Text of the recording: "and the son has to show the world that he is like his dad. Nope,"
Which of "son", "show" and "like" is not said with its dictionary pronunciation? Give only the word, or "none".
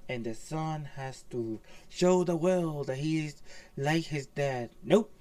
none